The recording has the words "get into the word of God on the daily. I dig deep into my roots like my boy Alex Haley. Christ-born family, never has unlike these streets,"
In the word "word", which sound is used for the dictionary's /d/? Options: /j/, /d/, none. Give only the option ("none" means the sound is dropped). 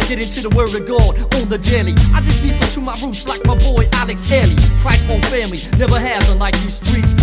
none